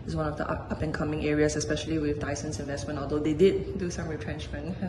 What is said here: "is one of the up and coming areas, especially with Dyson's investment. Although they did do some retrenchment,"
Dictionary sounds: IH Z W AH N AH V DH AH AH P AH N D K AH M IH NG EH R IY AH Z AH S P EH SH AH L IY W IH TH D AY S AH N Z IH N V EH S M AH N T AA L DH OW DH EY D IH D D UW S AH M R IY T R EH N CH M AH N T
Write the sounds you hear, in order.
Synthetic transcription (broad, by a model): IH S W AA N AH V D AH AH P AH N K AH M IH NG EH R IY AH S AH S P EH SH AH L IY W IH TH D AY S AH N S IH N V EH S M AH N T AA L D OW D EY D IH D D UW S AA M R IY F R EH N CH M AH N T